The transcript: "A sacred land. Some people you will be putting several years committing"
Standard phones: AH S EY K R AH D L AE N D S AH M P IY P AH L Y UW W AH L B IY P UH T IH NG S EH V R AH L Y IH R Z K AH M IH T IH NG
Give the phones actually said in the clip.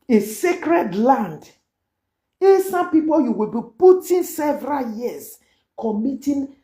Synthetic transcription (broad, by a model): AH S EY K R AH D L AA N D S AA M P IY P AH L Y UW W AH L B IY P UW T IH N S EH V R AH L Y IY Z K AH M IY T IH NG